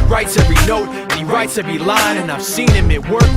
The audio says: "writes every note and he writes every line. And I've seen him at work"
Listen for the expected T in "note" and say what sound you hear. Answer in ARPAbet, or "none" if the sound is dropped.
none